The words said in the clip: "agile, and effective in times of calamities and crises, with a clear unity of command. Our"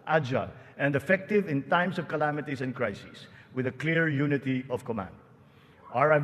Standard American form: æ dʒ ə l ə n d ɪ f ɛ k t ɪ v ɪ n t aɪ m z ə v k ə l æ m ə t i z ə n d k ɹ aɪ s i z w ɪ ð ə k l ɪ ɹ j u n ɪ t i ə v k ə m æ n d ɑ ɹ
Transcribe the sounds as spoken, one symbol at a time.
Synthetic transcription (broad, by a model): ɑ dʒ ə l ə n d ɪ f ɛ k t ɪ v ɪ n t aɪ m s ə v k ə l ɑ m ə t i s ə n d k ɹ aɪ s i s w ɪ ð ə k l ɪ ɹ j u n ɪ t i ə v k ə m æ n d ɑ ɹ